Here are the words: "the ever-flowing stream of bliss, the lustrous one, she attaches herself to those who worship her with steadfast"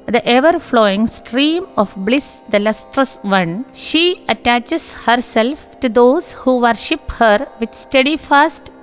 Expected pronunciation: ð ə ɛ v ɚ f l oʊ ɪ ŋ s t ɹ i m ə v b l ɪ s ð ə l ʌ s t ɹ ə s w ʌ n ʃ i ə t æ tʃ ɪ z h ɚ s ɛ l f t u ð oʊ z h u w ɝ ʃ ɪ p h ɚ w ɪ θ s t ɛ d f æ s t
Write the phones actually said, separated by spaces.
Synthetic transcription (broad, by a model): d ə ɛ v ɚ f l oʊ ɪ ŋ s t ɹ i m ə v b l ɪ s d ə l ʌ s t ɹ ə s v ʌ n ʃ i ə t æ tʃ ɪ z h ɚ s ɛ l f t u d oʊ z h u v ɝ ʃ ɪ p h ɚ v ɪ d s t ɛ d f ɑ s t